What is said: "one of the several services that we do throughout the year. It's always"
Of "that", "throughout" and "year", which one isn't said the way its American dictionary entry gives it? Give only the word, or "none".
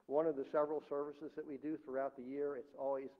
none